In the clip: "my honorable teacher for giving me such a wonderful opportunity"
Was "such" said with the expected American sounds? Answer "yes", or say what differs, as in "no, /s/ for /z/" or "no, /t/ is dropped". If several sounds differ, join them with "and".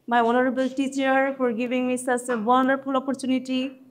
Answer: no, /s/ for /tʃ/